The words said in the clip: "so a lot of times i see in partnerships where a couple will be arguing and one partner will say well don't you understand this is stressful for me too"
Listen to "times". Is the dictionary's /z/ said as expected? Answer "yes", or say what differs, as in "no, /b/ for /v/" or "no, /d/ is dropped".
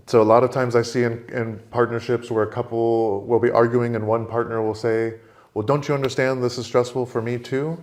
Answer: yes